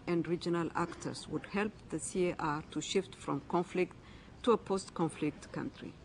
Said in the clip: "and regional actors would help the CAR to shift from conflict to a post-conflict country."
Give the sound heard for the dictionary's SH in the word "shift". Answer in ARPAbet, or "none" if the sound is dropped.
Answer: SH